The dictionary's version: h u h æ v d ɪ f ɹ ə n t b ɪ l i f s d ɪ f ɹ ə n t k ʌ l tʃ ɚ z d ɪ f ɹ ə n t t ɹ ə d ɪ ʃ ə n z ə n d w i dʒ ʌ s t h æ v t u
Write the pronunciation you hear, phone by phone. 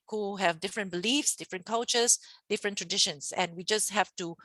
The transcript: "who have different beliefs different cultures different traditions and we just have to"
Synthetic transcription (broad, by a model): h u h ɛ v d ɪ f ɹ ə n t b ɪ l i f s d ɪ f ɹ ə n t k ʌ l tʃ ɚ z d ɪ f ɹ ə n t t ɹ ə d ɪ ʃ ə n s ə n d w i dʒ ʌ s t h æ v t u